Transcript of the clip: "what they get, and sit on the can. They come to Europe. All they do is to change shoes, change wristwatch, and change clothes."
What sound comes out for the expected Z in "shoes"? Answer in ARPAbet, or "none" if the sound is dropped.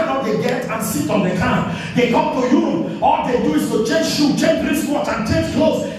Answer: none